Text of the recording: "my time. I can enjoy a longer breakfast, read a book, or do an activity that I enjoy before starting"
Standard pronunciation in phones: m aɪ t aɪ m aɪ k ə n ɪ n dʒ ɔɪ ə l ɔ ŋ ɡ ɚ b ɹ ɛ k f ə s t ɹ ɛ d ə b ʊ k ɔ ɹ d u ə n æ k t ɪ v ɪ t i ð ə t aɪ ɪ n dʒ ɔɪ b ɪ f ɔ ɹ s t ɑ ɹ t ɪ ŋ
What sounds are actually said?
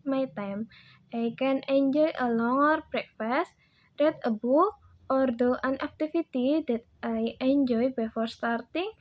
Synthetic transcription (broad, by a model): m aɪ t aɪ m aɪ k ə n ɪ n dʒ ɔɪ ə l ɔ ŋ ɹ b ɹ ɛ k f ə s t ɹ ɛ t ə b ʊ ɔ ɹ d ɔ ə n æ k t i f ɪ t i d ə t aɪ ɪ n dʒ ɔɪ b ɪ f ɔ ɹ s t ɑ ɹ t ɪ ŋ